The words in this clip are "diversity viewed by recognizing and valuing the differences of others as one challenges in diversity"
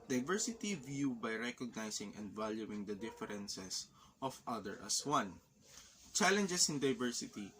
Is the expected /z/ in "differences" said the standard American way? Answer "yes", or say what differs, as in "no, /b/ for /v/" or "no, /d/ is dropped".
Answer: no, /s/ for /z/